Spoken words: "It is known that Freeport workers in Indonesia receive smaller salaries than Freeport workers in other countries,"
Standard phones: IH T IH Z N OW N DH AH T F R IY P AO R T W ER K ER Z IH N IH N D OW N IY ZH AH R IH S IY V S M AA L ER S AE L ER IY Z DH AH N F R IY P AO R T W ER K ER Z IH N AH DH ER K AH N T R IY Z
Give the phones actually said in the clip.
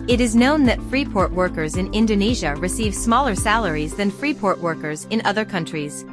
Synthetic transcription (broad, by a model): IH T IH Z N OW N DH AH T F R IY P AO R T W ER K ER Z IH N IH N D OW N IY ZH AH R IH S IY V S M AA L ER S AE L ER IY Z DH AH N F R IY P AO R T W ER K ER Z IH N AH DH ER K AH N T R IY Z